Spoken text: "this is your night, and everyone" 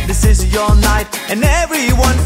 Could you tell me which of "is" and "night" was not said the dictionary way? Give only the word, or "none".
none